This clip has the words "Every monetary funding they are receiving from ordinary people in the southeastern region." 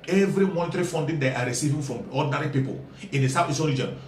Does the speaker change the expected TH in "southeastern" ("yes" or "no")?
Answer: yes